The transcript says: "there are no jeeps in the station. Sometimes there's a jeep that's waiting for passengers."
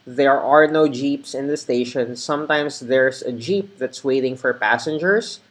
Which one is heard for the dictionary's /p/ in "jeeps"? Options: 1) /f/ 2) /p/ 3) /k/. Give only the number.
2